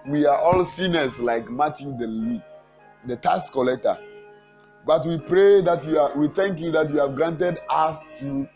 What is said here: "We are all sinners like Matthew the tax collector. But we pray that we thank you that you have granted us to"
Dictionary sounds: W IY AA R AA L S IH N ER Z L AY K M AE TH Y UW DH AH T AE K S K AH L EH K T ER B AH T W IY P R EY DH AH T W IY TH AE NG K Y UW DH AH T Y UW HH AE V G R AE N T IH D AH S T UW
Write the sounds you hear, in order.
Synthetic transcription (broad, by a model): W IY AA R AA L S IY N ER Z L AY K M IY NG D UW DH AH T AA S K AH L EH K T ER B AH T W IY P R EY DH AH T W IY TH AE NG K Y UW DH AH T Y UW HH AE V G R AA N T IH D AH S T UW